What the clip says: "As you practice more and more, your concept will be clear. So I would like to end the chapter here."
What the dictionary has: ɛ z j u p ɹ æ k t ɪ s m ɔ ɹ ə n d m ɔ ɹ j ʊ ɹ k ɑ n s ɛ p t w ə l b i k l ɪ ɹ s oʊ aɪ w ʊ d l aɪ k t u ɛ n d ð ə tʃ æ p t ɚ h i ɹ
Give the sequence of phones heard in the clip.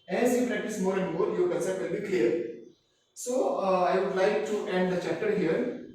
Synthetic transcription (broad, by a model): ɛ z j u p ɹ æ k t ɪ s m ɔ ɹ ə n d m ɔ ɹ j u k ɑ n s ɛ t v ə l b i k l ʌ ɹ s oʊ aɪ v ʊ d l aɪ k t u ɛ n d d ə tʃ æ p t ɚ h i ɹ